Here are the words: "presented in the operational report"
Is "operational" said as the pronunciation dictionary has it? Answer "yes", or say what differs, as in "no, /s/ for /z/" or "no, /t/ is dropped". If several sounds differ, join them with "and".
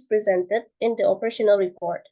yes